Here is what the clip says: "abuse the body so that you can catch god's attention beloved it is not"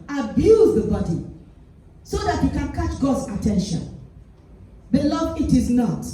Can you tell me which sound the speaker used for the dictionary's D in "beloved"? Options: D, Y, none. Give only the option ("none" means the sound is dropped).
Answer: none